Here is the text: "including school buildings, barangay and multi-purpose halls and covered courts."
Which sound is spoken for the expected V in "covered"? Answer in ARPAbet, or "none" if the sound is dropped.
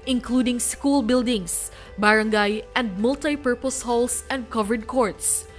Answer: V